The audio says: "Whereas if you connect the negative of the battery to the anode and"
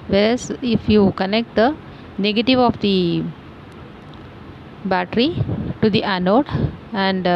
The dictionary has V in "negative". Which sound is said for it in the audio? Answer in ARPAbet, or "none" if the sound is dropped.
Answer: V